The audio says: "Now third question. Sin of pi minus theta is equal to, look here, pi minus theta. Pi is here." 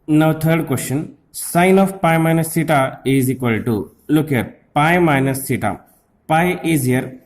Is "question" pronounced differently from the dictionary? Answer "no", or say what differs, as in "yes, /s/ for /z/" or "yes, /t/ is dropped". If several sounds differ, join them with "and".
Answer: no